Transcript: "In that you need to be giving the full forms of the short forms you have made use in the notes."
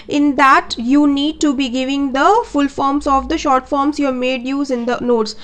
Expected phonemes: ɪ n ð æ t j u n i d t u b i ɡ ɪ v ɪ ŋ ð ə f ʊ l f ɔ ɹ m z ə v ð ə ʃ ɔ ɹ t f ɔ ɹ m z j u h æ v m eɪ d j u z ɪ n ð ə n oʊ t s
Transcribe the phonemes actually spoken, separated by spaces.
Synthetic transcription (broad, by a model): ɪ n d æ t j u n i d t u b i ɡ ɪ v ɪ ŋ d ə f ʊ l f ɔ ɹ m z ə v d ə ʃ ɔ ɹ t f ɔ ɹ m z j u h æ m eɪ d j u z ɪ n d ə n oʊ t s